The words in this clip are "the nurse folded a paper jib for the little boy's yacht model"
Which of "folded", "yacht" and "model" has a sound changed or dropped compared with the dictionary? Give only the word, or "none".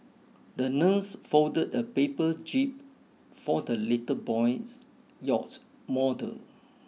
folded